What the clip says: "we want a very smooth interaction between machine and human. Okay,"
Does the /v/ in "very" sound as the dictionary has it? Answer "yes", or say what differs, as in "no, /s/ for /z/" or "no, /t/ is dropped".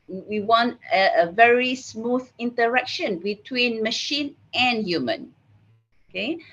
yes